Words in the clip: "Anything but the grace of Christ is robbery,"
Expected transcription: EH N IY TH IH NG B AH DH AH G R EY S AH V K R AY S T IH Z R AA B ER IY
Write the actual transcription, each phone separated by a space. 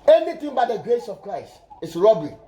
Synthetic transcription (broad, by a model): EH N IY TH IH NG B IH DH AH G R EY S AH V K R AY S T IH S R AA B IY